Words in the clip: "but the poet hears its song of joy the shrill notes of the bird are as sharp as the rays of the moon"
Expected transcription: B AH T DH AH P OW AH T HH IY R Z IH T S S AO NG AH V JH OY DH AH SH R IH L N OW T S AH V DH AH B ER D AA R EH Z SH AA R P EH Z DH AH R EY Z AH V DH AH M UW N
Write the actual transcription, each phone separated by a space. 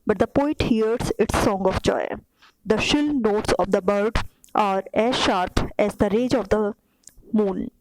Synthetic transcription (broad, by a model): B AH T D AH P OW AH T HH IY R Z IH T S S AO NG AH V JH OY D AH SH IH L N OW T S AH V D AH B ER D AA R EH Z SH AA R P EH Z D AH R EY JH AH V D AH M UW N